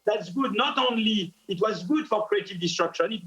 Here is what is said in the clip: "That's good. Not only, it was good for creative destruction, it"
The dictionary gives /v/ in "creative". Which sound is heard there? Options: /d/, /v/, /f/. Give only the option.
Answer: /v/